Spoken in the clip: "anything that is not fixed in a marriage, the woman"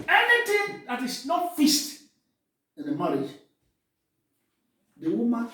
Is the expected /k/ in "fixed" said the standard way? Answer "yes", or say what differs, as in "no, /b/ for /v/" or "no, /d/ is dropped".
no, /k/ is dropped